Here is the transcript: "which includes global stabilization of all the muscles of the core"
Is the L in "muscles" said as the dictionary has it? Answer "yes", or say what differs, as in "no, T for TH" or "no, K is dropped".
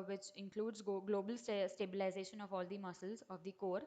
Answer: yes